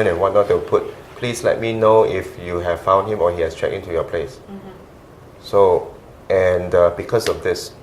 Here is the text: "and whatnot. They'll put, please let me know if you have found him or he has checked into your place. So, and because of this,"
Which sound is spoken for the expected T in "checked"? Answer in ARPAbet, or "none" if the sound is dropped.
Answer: none